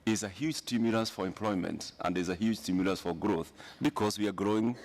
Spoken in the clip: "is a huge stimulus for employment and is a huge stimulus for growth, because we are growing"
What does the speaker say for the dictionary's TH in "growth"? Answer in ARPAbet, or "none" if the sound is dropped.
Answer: TH